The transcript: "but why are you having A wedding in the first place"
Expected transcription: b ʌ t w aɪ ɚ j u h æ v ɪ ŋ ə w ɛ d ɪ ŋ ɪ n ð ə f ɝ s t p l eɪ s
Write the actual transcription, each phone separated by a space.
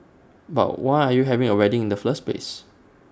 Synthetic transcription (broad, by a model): b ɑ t w aɪ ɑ j u h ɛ v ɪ ŋ ə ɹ ɛ d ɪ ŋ ɪ n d ə f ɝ s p eɪ s